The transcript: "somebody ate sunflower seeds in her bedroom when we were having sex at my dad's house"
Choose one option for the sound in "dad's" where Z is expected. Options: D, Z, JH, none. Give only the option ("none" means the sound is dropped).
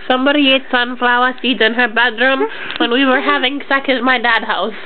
none